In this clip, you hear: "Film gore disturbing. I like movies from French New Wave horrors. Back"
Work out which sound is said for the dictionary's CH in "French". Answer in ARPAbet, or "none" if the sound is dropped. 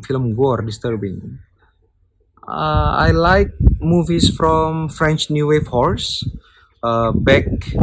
CH